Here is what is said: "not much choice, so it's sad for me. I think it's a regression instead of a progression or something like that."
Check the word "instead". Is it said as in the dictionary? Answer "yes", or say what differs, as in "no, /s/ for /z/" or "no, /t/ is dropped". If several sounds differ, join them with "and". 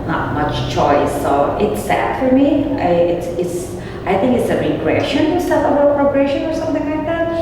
no, /n/ is dropped